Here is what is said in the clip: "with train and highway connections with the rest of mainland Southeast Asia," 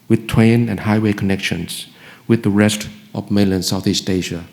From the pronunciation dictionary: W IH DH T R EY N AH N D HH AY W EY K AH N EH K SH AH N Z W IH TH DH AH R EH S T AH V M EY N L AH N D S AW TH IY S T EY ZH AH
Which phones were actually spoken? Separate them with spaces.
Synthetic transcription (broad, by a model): W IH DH T W EY N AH N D HH AY W EY K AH N EH K SH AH N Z W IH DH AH R EH S T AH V M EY L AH N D S AW TH IY S T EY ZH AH